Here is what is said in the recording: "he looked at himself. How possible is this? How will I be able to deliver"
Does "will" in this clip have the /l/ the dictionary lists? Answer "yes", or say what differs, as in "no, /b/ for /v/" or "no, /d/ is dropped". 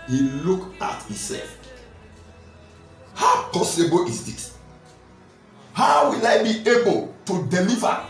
yes